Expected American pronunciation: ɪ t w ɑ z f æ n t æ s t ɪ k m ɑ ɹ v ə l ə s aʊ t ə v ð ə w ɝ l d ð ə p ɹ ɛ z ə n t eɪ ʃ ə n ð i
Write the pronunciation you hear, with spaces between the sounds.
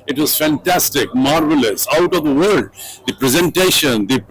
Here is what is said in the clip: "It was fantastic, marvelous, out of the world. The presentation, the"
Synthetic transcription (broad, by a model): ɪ t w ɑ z f æ n t æ s t ɪ k m ɑ ɹ v ə l ə s aʊ t ə v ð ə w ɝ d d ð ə p ɹ ɛ z ə n t eɪ ʃ ə n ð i